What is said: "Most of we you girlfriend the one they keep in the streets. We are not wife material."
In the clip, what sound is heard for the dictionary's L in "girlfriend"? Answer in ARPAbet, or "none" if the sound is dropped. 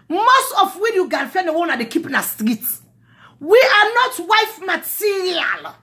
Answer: N